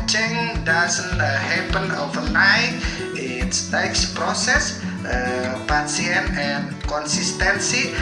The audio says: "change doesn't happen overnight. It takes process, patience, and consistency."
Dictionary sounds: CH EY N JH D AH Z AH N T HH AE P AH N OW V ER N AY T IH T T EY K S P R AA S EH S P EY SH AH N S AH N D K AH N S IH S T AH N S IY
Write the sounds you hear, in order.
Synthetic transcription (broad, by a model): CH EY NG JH D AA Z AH N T HH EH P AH N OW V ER N AY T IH T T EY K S P R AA S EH S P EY S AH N AH N K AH N S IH S T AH N S IY